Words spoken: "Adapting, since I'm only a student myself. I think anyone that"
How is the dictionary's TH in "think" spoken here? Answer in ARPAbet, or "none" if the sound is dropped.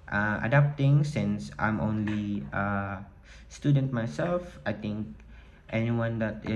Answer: T